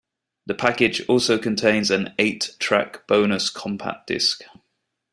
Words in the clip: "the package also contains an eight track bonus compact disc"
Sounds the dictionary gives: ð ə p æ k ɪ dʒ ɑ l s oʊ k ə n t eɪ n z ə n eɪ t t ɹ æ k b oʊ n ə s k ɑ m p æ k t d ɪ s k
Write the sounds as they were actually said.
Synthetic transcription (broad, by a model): ð ə p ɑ k ɪ dʒ ɑ l s oʊ k ə n t eɪ n z ə n eɪ t t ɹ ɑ k b oʊ n ə s k ɑ m p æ t d ɪ s k